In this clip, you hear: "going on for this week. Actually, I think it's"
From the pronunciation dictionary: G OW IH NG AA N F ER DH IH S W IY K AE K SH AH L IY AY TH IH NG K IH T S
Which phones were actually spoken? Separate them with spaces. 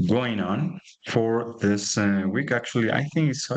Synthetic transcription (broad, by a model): G OW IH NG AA N F ER DH IH S W IY K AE K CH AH L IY AY TH IH NG K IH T S